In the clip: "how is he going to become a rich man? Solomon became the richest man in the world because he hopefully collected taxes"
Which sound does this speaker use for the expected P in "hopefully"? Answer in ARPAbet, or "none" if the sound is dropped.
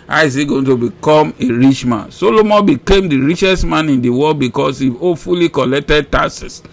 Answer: none